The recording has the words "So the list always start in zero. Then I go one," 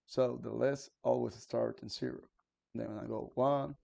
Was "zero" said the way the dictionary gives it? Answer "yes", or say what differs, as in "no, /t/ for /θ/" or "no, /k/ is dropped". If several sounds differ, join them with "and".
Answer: no, /s/ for /z/